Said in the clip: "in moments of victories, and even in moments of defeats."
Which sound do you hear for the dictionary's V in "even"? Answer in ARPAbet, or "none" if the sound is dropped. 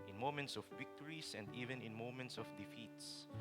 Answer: V